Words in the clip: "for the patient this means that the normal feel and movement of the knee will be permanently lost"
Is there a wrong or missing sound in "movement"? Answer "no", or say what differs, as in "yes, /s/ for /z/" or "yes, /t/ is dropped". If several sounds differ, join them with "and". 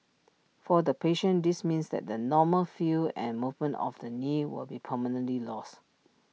no